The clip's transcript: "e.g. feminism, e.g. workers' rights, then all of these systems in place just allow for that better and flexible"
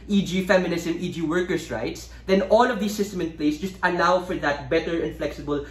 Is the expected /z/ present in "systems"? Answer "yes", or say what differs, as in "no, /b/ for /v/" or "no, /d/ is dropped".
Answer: no, /z/ is dropped